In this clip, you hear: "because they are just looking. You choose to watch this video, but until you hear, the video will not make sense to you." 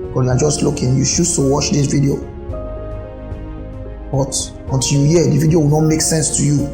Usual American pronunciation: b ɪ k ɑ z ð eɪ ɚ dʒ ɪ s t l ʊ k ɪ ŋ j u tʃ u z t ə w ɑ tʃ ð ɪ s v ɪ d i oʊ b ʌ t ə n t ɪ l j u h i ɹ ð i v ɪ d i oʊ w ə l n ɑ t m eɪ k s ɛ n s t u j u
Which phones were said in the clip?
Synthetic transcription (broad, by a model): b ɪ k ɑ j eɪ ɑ dʒ ɪ s t l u k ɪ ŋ j u ʃ u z t ə w ɑ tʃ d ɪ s v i d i oʊ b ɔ t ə n t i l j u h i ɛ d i v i d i oʊ w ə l n ɑ t m eɪ k s ɛ n s t u j u